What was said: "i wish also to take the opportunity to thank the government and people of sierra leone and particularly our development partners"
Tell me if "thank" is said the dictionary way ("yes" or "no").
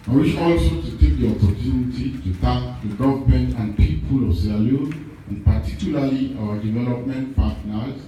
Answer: no